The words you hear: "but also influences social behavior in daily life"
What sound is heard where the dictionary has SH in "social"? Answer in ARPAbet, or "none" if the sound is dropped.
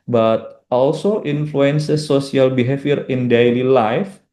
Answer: S